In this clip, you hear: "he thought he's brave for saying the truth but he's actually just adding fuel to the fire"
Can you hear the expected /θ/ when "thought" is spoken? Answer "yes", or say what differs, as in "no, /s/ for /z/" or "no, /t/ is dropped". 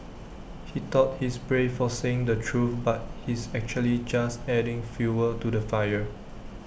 no, /t/ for /θ/